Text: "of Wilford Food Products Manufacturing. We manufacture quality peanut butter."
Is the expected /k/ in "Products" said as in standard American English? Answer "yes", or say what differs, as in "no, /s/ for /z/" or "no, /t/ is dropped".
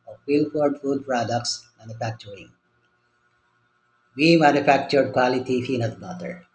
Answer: yes